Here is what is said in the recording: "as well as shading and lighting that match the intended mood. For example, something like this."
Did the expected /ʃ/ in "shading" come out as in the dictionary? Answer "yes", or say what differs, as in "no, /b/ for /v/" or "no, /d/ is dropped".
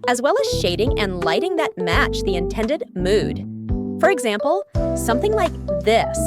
yes